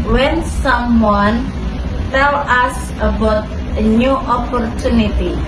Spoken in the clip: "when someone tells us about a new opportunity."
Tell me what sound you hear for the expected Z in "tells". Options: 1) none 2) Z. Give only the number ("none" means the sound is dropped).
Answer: 1